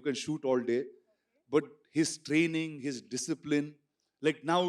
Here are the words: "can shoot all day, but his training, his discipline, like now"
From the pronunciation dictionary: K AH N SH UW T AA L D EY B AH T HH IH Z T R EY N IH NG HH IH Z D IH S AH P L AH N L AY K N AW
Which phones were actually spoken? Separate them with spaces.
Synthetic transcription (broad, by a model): K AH N SH UW T AA L D EY B AH T HH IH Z T R EY N IH NG HH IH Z D IH S AH P L AH N L AY K N AW